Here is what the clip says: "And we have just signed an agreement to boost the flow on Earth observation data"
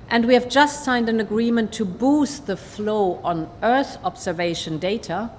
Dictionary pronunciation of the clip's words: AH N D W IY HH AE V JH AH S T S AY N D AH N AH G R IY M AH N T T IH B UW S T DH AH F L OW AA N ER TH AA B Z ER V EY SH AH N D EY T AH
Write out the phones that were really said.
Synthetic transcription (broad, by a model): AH N D W IY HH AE V JH AH S T S AY N D AH N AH G R IY M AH N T T IH B UW S T DH AH F L OW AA N ER TH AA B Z ER V EY SH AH N D EY T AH